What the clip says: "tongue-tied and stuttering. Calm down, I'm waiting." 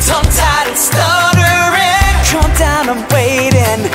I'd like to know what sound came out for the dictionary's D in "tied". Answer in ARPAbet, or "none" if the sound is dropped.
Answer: none